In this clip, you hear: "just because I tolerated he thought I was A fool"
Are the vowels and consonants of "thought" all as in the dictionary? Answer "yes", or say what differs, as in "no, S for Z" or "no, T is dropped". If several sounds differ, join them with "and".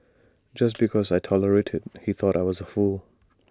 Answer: yes